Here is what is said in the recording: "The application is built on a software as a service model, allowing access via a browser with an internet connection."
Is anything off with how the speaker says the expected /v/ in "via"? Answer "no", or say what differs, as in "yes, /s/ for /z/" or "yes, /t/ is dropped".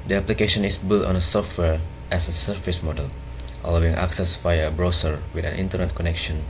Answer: yes, /f/ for /v/